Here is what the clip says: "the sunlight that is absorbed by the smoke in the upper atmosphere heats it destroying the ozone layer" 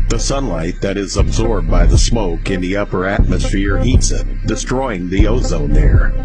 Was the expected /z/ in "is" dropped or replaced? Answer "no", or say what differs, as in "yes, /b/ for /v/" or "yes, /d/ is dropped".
no